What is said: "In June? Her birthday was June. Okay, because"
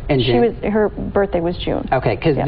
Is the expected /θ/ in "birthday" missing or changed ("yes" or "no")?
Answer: no